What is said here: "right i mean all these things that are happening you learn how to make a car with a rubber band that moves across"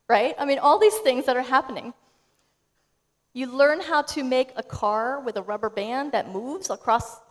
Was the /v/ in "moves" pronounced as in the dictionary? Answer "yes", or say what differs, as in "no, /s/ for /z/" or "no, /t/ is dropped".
yes